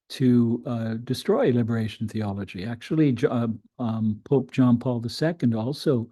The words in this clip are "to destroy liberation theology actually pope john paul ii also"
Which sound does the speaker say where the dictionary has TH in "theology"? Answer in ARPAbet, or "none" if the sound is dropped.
TH